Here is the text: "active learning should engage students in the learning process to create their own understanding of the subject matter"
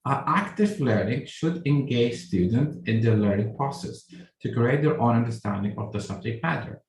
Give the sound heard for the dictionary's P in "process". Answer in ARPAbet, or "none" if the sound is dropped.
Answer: P